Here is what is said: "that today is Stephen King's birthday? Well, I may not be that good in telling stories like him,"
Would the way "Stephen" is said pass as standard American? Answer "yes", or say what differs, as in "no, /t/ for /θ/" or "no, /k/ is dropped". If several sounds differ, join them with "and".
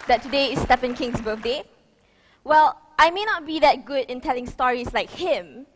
no, /f/ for /v/